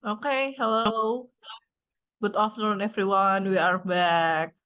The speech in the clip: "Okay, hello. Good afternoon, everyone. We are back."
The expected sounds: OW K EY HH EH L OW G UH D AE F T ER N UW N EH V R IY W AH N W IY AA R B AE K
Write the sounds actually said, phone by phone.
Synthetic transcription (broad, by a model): OW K EY HH EH L OW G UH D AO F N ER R N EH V R IY W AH N W IY AA R B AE K